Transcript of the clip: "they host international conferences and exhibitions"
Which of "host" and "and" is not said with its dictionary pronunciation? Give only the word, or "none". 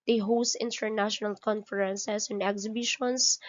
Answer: none